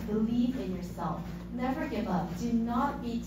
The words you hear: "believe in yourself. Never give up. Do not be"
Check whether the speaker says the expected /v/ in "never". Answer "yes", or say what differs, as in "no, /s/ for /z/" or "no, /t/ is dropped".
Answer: yes